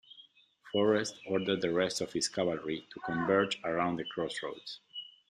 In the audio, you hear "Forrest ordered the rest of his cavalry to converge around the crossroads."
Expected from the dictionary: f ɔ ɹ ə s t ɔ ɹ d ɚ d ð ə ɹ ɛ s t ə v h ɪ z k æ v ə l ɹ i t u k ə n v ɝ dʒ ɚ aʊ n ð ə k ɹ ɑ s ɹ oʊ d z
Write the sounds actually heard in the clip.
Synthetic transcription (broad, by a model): f ɔ ɹ ə s t ɔ ɹ d ɚ d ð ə ɹ ɛ s t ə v h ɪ s k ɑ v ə l ɹ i t u k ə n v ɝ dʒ ɚ aʊ n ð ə k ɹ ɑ s ɹ oʊ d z